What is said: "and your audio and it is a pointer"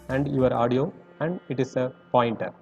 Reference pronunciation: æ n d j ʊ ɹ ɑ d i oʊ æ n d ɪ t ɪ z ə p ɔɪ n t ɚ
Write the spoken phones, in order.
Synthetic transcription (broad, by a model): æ n d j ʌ ɹ ɑ d i oʊ æ n d ɪ t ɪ s ə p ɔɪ n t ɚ